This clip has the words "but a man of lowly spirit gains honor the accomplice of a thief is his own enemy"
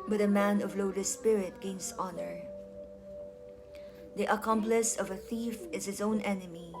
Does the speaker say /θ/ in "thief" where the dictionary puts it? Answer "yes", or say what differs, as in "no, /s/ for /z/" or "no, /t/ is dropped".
yes